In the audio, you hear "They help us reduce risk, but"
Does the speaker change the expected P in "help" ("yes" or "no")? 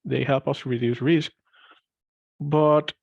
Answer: no